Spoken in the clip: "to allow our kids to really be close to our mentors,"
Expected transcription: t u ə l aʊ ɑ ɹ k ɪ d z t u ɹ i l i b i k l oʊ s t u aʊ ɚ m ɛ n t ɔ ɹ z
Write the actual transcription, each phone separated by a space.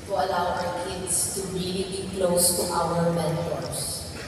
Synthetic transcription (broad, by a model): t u ə l aʊ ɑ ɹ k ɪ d s t u ɹ i l i b i k l oʊ s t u aʊ ɚ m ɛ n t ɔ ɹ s